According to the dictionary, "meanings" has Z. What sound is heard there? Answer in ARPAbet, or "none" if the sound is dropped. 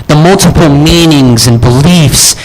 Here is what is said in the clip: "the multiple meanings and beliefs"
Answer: Z